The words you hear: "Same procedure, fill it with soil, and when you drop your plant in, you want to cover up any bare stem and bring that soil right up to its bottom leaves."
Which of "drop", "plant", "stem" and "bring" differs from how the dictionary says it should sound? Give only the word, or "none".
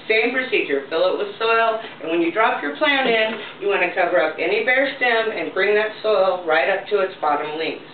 plant